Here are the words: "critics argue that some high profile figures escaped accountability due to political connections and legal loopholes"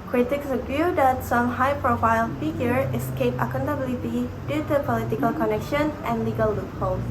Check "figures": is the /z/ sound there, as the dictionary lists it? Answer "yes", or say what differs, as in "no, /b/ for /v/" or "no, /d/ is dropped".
no, /z/ is dropped